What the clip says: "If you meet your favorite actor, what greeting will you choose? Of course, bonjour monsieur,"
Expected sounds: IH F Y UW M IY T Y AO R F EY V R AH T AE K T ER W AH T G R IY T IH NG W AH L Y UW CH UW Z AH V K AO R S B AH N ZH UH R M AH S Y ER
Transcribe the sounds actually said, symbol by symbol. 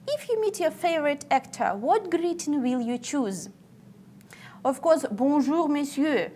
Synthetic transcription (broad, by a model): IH F Y UW M IY T Y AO F EY V R AH T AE K T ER W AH T G R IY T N W AH L Y UW CH UW Z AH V K AO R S B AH ZH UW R M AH S Y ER